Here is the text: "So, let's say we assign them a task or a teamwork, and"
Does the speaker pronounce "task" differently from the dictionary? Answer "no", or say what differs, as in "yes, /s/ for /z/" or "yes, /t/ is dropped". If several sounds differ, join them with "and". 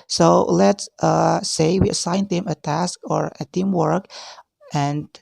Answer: no